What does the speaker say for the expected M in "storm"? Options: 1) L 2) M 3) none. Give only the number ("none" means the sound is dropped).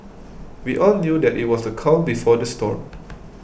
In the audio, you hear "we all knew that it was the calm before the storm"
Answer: 3